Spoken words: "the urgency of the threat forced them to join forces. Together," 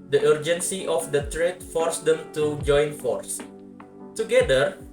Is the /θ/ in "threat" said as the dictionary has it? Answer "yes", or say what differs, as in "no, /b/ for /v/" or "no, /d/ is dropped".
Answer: no, /t/ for /θ/